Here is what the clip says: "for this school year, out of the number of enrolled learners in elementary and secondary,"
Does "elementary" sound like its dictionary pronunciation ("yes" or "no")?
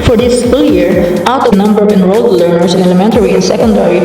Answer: yes